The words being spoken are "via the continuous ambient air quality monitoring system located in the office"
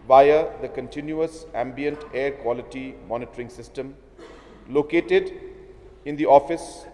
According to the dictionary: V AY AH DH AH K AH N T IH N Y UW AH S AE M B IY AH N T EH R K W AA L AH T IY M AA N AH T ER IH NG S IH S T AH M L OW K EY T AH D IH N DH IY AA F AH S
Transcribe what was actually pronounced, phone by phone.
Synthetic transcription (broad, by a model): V AY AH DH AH K AH N T IH N Y UW AH S AE M B IY AH N T EH R K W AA L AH T IY M AA N AH T ER IH NG S IH S T AH M L OW K EY T AH D IH N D IY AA F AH S